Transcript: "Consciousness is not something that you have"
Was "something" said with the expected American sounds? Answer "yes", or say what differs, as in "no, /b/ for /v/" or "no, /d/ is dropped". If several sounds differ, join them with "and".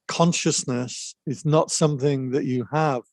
yes